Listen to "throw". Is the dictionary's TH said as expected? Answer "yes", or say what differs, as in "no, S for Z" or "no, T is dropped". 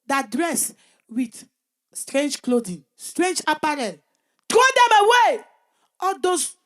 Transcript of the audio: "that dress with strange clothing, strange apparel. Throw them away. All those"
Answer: no, T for TH